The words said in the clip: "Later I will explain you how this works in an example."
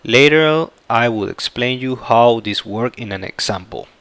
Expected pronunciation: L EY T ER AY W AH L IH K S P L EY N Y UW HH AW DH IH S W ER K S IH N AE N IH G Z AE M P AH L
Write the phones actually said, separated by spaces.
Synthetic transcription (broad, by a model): L EY T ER AY W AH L IH K S P L EY N Y UW HH AW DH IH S W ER K IH N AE N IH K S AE M P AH L